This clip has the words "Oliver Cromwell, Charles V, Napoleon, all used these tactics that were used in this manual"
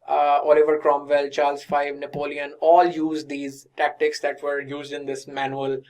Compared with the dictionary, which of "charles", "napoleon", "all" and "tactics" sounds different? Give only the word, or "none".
none